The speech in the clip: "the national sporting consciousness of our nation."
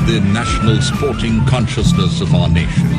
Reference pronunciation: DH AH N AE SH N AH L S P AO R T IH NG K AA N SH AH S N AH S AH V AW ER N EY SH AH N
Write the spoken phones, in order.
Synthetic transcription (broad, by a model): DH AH N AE SH N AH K S P AO R T IH NG K AA N SH AH S N AH S AH V AW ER N EY SH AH N